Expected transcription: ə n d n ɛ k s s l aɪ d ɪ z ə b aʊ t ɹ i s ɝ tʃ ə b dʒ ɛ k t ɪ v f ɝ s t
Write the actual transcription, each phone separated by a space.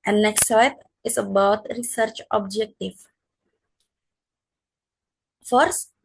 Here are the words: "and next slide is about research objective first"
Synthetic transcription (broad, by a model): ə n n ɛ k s s aɪ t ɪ s ə b aʊ t ɹ i s ɝ tʃ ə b dʒ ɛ k t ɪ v f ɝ s